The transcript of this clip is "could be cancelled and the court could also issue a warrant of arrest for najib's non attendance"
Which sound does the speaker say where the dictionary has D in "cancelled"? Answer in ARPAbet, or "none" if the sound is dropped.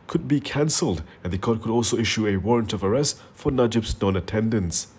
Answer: D